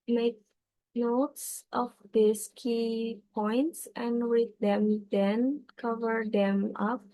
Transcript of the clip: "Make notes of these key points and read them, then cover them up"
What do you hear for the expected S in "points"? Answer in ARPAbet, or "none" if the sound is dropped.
S